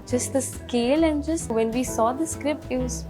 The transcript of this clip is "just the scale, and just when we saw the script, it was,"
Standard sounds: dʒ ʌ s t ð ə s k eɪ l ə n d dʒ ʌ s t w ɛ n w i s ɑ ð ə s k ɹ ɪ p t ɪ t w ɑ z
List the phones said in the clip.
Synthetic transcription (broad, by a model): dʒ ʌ s t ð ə s k eɪ l ə n d dʒ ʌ s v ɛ n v i s ɑ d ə s k ɹ ɪ p t ɪ t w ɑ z